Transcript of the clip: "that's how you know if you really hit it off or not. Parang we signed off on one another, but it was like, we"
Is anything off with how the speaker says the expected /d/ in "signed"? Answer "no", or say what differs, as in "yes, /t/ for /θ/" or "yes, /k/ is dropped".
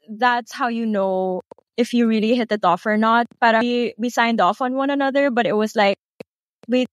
no